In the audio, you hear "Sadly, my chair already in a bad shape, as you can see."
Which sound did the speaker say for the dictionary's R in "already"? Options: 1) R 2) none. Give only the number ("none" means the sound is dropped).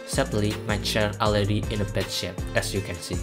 2